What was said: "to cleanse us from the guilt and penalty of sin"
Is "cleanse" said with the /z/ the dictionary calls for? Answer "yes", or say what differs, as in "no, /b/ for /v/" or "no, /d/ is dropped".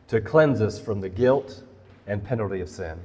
yes